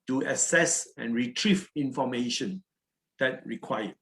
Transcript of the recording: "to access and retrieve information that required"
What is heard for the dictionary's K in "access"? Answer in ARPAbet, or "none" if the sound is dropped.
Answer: none